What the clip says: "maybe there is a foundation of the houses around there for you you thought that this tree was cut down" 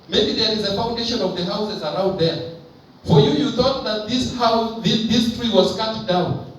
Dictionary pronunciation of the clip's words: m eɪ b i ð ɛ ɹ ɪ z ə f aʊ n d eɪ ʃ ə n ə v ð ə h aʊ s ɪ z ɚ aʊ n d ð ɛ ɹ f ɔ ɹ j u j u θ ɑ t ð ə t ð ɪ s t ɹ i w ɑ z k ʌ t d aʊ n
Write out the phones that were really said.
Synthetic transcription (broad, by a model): m eɪ b i ð ɛ ɹ ɪ z ə f aʊ n d eɪ ʃ ə n ə v ð ə h aʊ s ɪ z ɚ aʊ n d ð ɛ ɹ f ɔ ɹ j u j u θ ɑ t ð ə t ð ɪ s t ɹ i w ɑ z k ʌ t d aʊ n